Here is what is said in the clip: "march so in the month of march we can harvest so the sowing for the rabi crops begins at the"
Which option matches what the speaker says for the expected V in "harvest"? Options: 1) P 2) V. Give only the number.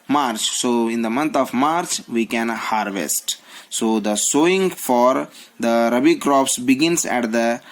2